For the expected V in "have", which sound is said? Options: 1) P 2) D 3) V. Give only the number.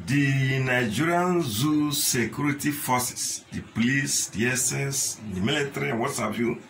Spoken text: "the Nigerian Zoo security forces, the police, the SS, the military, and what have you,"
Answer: 1